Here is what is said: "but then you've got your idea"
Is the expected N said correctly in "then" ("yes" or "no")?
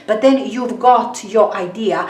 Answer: yes